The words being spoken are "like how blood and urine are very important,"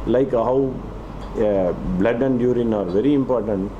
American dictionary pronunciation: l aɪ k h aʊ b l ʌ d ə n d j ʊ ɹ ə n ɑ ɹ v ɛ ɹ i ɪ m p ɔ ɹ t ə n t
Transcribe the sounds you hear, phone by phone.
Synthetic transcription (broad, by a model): l aɪ k h aʊ b l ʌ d ə n d j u ɹ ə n ɑ ɹ v ɛ ɹ i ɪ m p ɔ ɹ t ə n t